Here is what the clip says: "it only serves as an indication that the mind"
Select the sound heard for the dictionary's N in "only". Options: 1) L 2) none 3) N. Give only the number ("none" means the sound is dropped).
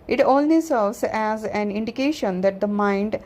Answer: 1